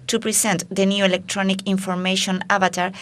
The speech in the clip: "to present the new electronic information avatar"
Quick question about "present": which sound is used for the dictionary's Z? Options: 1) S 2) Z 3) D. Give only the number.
1